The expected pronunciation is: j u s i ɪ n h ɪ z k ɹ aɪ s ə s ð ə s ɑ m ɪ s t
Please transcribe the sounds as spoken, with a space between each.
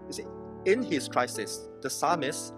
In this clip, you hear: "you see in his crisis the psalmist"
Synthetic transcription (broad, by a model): j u s i ɪ n h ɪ s k ɹ aɪ s ə s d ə s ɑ m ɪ s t